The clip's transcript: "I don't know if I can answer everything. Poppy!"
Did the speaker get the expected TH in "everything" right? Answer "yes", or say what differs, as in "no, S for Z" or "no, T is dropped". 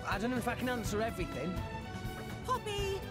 yes